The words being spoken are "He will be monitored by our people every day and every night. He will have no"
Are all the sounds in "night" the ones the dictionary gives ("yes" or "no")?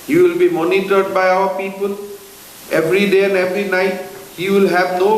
yes